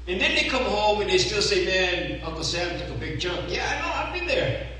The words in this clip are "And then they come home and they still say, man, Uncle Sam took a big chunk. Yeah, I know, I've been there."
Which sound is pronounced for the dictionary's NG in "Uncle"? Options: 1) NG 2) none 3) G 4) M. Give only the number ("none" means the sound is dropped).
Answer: 2